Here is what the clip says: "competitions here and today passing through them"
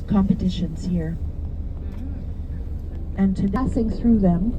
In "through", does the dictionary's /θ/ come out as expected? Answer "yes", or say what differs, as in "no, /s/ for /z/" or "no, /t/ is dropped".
yes